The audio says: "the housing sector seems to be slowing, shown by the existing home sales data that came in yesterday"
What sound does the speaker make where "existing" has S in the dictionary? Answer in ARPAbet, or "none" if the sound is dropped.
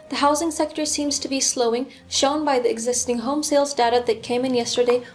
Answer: S